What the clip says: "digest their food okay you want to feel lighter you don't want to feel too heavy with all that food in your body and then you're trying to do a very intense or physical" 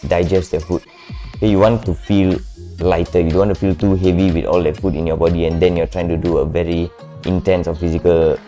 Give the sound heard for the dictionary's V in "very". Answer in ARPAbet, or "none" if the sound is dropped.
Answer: V